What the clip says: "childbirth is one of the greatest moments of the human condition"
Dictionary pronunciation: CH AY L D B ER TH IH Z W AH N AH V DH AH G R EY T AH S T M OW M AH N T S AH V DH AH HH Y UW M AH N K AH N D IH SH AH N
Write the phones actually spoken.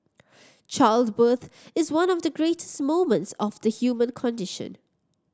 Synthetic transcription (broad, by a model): CH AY L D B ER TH IH Z W AH N AH V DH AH G R EY T AH S T M OW M AH N T S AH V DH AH HH Y UW M AH N K AH N D IH SH AH N